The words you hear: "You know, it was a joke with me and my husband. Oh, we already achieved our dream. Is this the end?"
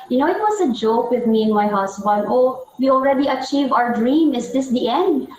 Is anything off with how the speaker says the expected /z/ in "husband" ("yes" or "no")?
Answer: yes